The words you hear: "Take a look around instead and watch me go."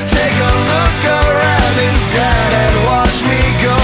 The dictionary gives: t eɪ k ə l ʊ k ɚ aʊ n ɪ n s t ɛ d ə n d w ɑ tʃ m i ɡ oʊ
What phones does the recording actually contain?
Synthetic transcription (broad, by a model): t eɪ k ə l ʊ k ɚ aʊ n ɪ n s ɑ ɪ d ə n w ɑ tʃ m i ɡ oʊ